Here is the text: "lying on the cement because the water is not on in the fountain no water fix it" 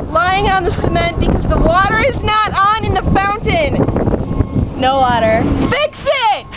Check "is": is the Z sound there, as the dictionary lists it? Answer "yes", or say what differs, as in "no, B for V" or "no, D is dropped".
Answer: yes